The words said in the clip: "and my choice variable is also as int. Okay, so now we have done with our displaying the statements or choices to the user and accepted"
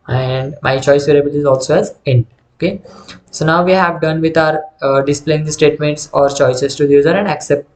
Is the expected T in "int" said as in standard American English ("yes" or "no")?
no